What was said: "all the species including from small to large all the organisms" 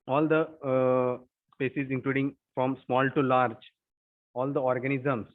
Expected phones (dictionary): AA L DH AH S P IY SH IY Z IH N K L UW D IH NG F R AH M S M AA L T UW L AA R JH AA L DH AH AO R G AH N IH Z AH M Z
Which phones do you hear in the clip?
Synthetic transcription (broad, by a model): AA L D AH S P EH S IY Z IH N K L UW D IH NG F R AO M S M AA L T UW L AA R JH AA L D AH AO R G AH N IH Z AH M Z